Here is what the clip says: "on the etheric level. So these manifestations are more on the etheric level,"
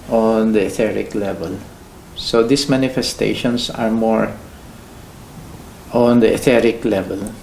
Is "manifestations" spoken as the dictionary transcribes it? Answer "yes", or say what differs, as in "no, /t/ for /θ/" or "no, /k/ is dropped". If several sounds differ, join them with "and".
no, /s/ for /z/